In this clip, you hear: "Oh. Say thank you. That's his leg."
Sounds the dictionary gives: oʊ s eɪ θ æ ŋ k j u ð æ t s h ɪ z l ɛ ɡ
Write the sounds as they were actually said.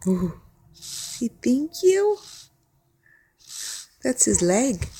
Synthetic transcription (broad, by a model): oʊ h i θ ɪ ŋ k j u ð æ t s h ɪ z l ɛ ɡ